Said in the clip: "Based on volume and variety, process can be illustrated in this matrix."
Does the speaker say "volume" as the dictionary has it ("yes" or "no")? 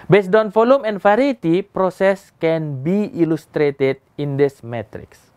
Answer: no